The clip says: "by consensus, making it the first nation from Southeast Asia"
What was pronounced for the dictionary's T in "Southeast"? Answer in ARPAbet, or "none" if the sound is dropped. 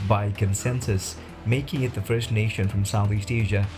T